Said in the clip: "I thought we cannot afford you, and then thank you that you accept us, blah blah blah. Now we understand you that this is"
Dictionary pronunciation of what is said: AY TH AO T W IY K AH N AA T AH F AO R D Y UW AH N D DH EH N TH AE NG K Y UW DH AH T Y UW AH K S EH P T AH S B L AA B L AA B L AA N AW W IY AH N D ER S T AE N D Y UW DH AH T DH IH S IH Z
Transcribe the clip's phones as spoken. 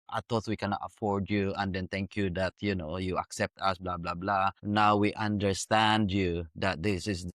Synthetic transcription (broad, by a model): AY T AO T W IY K AH N AA T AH F AO R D Y UW AH N D EH N T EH NG K Y UW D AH T Y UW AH K S EH P T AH S B L AA B L AA B L AA N AW W IY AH N D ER S T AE N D Y UW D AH T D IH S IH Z